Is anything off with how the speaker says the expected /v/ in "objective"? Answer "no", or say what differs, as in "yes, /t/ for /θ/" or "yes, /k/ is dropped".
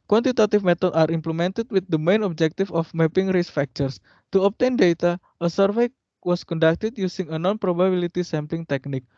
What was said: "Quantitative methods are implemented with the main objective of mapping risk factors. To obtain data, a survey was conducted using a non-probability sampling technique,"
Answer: yes, /f/ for /v/